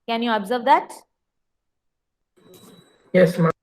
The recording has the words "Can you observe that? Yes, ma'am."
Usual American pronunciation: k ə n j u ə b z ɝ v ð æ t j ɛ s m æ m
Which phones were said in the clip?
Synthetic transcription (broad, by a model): k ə n j u ə b z ɝ v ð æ t j ɛ s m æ